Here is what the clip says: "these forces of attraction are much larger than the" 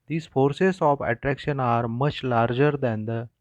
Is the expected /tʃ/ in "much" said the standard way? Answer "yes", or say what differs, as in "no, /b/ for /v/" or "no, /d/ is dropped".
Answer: yes